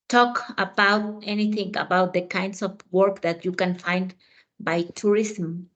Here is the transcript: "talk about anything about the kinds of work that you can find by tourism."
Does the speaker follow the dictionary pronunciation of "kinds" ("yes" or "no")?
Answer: no